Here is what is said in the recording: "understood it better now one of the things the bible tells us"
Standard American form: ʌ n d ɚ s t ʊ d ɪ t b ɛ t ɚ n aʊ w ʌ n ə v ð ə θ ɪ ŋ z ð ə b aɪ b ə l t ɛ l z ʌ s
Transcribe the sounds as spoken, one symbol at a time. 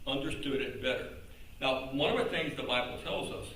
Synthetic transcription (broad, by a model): ʌ n d ɚ s t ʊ d ɪ t b ɛ t ɚ n aʊ w ʌ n ə v ð ə θ ɪ ŋ z ð ə b aɪ b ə l t ɛ l z ʌ s